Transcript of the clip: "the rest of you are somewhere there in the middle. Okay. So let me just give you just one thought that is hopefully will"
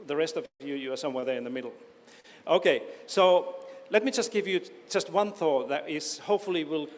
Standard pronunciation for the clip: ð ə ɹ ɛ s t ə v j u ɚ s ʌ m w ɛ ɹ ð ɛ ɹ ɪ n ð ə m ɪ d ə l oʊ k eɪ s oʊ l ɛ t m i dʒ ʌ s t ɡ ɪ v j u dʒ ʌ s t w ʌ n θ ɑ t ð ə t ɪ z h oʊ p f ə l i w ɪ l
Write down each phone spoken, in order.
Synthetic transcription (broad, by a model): ð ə ɹ ɛ s t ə v j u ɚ s ʌ m w ɛ ɹ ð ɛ ɹ ɪ n ð ə m ɪ d l oʊ k eɪ s oʊ l ɛ t m i dʒ ʌ s t ɡ ɪ v j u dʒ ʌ s t w ʌ n θ ɑ t ð ə t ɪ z h oʊ p f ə l i w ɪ l